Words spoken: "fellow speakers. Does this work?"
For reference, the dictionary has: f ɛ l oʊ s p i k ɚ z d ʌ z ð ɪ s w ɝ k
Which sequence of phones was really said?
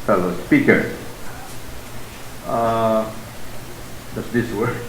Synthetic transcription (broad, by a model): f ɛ l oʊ s p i k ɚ d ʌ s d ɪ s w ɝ